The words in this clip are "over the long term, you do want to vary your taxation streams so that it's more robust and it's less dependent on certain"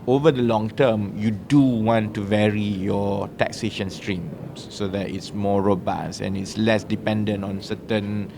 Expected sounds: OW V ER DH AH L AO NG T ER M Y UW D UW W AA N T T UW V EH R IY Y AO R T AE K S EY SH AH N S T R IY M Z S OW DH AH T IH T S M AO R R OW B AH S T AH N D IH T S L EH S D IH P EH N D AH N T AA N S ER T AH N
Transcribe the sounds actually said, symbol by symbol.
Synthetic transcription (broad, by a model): OW V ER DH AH L AO NG T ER M Y UW D UW W AA N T T UW V EH R IY Y AO T AE K S EY SH AH N S T R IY M S OW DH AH T IH T S M AO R R OW B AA S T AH N IH T S L EH S D IH P EH N D AH N T AA N S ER T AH N